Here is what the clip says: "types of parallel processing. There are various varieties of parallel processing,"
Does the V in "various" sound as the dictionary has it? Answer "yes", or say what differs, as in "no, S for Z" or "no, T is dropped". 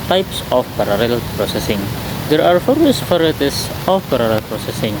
no, F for V